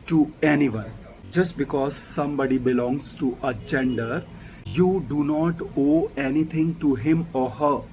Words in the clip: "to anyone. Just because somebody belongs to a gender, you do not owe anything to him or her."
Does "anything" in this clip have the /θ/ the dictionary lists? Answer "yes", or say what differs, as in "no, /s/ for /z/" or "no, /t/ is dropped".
no, /t/ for /θ/